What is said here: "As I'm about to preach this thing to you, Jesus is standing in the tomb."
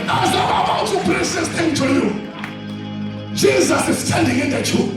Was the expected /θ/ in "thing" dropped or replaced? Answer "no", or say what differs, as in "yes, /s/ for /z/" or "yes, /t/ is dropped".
yes, /t/ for /θ/